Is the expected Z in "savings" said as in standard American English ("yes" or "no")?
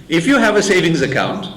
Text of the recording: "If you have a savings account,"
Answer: yes